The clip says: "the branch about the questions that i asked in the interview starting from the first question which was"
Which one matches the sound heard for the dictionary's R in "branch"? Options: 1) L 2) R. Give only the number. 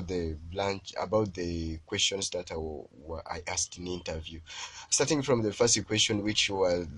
1